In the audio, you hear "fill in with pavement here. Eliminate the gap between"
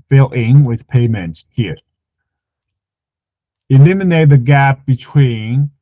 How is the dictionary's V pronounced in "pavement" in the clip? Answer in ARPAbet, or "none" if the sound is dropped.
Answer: none